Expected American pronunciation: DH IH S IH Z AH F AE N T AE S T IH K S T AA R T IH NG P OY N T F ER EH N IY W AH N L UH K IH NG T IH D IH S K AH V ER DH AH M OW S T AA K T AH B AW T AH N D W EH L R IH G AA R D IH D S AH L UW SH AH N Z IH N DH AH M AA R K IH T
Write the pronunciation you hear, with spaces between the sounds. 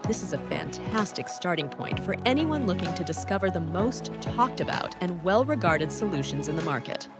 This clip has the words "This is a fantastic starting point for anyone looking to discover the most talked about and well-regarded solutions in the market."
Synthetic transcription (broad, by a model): DH IH S IH Z AH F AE N T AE S T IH K S T AA R T IH NG P OY N T F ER EH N IY W AH N L UH K IH NG T IH D IH S K AH V ER DH AH M OW S T AA K T AH B AW T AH N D W EH L R IH G AA R D IH D S AH L UW SH AH N Z IH N DH AH M AA R K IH T